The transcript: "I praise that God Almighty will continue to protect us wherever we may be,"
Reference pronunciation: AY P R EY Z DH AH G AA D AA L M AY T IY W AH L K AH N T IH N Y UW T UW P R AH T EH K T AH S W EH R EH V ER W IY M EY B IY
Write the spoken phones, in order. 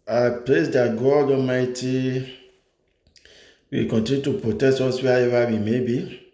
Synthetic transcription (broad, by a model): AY P L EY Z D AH G AA D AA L M AY T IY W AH K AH N T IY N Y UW T UW P R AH T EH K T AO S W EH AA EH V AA W IY M EY B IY